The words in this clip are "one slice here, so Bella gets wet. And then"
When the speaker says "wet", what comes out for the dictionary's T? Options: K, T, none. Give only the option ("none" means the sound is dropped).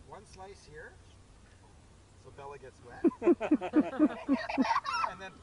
none